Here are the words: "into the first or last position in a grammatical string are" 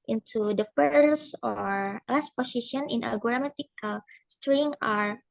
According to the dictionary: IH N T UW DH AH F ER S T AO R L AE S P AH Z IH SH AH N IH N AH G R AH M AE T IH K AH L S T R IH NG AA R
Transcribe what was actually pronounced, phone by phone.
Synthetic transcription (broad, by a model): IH N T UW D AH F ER S AO R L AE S P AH S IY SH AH N IH N AH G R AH M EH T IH K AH L S T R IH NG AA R